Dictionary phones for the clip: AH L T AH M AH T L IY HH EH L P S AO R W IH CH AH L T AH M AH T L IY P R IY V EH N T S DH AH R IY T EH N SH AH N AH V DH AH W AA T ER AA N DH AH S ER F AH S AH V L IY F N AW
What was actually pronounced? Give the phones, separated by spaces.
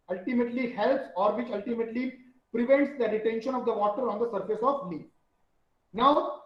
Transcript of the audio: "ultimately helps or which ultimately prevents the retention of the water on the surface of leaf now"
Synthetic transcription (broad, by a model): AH L T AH M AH T L IY HH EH L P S AO R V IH CH AH L T AH M AH T L IY P R IY V EH N T S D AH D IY T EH N SH AH N AH V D AH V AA T ER AA N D AH S ER F AH S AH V L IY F N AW